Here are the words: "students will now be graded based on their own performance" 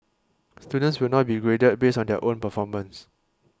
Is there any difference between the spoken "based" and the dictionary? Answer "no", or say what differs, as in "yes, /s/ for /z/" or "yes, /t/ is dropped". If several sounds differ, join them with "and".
yes, /t/ is dropped